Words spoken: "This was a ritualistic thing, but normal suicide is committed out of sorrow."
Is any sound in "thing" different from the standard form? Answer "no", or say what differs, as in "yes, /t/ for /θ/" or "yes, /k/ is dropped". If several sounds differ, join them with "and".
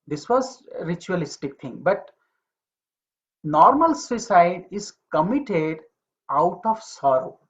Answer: yes, /t/ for /θ/